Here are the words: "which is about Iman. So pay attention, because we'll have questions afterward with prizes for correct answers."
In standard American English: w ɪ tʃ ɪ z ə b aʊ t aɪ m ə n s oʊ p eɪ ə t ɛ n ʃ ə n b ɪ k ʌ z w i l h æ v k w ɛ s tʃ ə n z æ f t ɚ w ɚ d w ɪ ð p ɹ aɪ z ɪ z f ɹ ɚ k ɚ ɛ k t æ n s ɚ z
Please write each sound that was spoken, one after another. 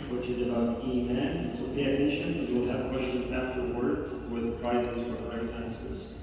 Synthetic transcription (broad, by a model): w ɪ tʃ ɪ z ə b aʊ t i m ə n s oʊ p eɪ ə t ɛ n ʃ ə n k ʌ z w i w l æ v k w ɛ s tʃ ə n z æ f t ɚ w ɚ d w ɪ ð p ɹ aɪ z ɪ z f ɹ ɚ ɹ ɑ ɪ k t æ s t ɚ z